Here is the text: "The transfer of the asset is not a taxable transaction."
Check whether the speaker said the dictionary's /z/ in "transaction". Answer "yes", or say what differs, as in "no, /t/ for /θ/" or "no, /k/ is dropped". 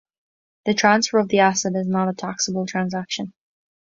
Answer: yes